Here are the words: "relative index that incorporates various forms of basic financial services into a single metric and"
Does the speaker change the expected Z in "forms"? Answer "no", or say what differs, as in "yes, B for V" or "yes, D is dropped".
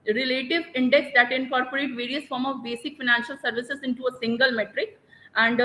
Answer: yes, Z is dropped